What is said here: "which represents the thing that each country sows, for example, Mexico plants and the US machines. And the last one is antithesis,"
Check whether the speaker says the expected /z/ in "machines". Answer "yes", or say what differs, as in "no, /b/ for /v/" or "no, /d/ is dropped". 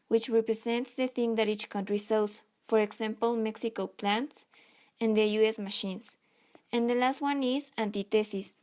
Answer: no, /s/ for /z/